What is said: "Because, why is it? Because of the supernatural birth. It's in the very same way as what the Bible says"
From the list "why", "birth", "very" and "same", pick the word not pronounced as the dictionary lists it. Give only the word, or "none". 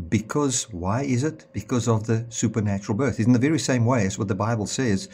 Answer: none